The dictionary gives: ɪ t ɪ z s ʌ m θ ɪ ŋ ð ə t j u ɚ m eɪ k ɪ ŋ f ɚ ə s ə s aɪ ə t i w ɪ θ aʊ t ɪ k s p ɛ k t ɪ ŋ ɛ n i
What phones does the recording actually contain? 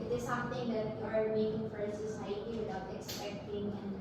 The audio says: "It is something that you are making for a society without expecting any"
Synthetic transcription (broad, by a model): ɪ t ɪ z s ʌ m t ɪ ŋ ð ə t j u ɚ m eɪ k ɪ ŋ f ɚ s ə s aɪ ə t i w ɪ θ aʊ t ɪ k s p ɛ k t ɪ ŋ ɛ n